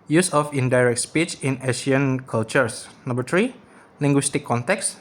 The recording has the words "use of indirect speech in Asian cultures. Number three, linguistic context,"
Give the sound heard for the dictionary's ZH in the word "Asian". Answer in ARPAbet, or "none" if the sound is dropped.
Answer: SH